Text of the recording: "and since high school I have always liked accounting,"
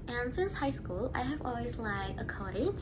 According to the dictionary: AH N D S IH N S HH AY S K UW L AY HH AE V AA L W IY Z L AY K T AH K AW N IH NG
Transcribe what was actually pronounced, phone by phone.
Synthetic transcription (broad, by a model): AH N S IH N S HH AY S K UW L AY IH V AA L W IY Z L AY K AH K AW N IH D